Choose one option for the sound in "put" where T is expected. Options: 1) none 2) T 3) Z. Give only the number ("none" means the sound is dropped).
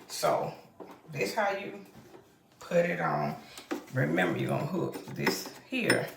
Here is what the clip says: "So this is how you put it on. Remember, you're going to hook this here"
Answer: 2